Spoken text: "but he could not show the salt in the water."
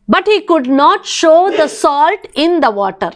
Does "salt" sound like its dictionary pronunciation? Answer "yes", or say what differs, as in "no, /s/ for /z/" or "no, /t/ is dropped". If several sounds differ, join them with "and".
yes